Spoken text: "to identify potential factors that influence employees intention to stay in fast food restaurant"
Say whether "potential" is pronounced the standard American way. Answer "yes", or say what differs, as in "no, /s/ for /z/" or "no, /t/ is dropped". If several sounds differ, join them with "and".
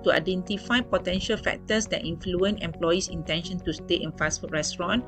yes